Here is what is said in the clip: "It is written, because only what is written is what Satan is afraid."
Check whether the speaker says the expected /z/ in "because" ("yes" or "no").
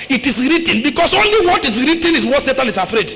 no